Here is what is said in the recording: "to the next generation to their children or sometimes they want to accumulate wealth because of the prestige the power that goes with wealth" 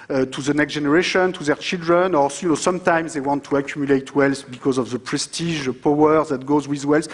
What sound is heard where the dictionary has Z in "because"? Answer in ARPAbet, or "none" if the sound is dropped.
Z